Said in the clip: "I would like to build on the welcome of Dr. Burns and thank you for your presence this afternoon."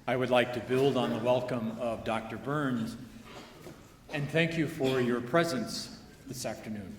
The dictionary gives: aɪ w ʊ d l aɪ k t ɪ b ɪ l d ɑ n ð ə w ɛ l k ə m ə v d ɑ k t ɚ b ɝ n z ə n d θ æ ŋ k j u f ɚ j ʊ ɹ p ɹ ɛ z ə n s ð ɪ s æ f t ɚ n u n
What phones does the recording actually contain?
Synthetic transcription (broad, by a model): aɪ w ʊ d l aɪ k t ɪ b ɪ l d n ð ə w ɛ l k ə m ə v d ɑ k t ɚ b ɝ n z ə n θ æ ŋ k j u f ɚ j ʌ ɹ p ɹ ɛ z ə n s ð ɪ s æ f t ɚ n u n